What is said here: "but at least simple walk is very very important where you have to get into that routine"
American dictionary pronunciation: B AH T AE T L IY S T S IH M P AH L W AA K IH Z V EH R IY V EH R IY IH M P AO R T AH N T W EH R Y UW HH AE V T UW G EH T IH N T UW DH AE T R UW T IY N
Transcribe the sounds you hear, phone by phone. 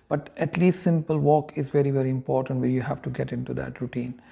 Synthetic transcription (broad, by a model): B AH T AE T L IY S T S IH M P AH L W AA K IH Z V EH R IY V EH R IY IH M P AO R T AH N T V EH L Y UW HH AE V T UW G EH T IH N T UW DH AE T R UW T IY N